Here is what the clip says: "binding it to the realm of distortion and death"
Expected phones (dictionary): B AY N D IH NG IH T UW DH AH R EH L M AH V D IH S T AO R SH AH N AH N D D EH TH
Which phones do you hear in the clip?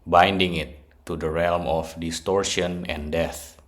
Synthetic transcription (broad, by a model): B AY N D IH NG IH T UW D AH R EH L M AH F D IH S T AO R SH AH N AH N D D EH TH